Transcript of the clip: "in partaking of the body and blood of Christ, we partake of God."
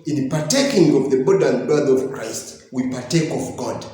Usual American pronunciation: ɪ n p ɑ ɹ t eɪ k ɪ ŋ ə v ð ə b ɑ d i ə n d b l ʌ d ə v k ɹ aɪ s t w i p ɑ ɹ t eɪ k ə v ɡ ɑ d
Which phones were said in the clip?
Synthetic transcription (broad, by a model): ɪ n p ɑ ɹ t eɪ k ɪ ŋ ə v ð ə b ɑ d ə n d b ʌ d ə v k ɹ aɪ s t w i p ɑ ɹ t eɪ k ə v ɡ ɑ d